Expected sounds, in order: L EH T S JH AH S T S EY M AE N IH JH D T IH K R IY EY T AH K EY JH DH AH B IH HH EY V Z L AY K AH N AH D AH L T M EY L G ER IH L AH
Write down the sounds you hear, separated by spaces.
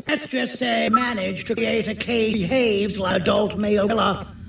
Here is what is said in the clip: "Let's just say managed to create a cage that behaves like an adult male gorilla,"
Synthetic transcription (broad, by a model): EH T S JH AH S T S EY M AE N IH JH T IH K R IY EY T AH K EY IH HH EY V Z L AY AH AH D AH L T M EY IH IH L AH